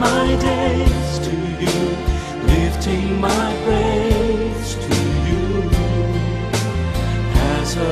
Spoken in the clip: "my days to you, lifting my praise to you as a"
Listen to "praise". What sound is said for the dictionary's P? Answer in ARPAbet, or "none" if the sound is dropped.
B